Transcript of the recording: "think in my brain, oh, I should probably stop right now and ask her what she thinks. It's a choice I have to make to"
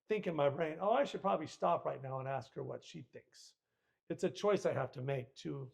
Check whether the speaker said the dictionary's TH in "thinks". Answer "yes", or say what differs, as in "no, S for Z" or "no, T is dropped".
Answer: yes